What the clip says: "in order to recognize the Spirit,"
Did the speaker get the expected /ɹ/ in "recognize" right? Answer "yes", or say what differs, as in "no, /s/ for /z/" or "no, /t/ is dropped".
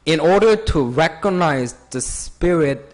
yes